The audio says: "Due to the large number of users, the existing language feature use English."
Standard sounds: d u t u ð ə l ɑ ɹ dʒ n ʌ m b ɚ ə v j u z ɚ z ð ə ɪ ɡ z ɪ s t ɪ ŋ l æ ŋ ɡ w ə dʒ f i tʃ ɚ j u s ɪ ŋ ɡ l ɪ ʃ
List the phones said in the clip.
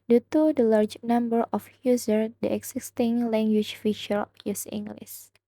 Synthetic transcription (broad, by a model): d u t u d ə l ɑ ɹ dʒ n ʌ m b ɚ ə f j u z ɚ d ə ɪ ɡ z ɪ s t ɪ ŋ l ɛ ŋ ɡ w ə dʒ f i ʃ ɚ j u s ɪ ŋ ɡ l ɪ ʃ